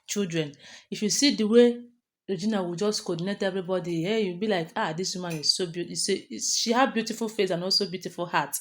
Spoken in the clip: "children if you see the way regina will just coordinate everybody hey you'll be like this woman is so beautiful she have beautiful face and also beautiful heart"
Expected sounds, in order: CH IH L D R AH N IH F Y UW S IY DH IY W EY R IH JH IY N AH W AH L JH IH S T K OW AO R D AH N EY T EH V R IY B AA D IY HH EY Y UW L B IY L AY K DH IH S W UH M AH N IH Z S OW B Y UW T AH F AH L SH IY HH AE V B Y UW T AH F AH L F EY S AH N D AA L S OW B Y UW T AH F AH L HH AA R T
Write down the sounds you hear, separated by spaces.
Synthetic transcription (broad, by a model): CH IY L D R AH N IH F Y UW S IY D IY W EY R IH JH IY N AH W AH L JH IH S T K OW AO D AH N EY T EH V R IY B AA D IY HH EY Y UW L B IY L AY K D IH S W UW M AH N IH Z S OW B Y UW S SH IY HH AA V B Y UW T AH F AH L F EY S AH N AA L S OW B Y UW T AH F AH L HH AA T